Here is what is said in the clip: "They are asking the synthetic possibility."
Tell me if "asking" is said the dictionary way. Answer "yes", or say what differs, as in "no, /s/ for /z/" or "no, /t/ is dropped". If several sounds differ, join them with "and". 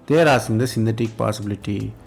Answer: no, /k/ is dropped